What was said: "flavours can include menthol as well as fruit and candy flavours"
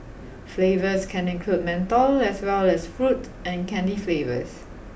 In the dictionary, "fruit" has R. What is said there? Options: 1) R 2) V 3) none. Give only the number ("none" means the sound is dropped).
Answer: 1